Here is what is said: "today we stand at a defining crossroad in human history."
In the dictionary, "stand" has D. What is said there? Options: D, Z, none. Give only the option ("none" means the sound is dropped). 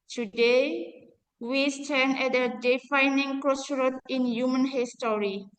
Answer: none